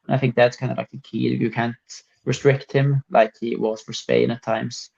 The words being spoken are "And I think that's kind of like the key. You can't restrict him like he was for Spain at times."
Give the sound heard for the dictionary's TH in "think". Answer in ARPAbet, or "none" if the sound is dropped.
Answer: TH